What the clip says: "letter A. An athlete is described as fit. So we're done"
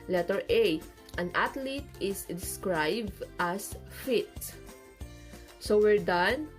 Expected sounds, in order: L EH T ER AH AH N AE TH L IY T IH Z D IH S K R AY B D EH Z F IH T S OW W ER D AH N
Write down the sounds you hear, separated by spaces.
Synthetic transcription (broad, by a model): L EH T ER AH AH N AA T L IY T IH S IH S K R AY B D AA S F IH T S OW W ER D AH N